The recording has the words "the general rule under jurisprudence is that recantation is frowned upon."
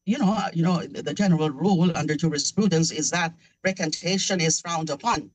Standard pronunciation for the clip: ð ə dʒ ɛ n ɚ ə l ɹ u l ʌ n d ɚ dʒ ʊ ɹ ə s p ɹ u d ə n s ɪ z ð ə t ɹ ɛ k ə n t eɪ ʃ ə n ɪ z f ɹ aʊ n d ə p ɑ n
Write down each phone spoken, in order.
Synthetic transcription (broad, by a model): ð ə dʒ ɛ n ɚ ə l ɹ u l ʌ n d ɚ dʒ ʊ ɹ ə s p ɹ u d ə n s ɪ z ð ə t ɹ ɛ k ə n t eɪ ʃ ə n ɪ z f aʊ n d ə p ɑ n